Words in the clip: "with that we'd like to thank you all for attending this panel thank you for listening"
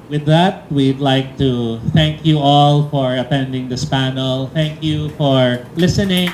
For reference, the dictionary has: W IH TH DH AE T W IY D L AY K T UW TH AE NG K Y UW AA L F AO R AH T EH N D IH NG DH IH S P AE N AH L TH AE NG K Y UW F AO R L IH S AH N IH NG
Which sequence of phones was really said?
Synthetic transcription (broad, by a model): W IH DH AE T W IY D L AY K T UW TH AE NG K Y UW AA L F AO R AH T EH N D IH NG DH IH S P AE N AH L TH AE NG K Y UW F AO R L IH S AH N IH NG